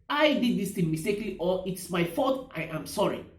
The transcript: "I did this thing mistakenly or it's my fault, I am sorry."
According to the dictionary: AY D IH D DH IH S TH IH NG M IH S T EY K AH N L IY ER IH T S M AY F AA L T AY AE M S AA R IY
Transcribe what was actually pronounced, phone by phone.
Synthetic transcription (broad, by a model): AY D IH D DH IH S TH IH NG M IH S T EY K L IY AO IH T S M AY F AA T AY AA M S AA R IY